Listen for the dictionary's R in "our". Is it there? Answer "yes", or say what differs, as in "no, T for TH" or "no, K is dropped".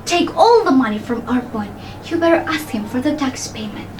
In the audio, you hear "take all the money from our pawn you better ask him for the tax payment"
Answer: yes